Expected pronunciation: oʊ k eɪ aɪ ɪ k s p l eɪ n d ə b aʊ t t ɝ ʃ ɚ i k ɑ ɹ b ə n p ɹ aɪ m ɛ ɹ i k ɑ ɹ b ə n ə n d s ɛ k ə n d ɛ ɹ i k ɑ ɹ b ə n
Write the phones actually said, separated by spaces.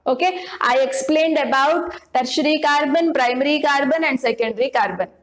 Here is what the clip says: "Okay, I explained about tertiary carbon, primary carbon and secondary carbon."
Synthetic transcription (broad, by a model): oʊ k eɪ aɪ ɪ k s p l eɪ n d ə b aʊ t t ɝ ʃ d i k ɑ ɹ b ə n p ɹ aɪ m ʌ ɹ i k ɑ ɹ b ə n ə n d s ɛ k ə n d ɹ i k ɑ ɹ b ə n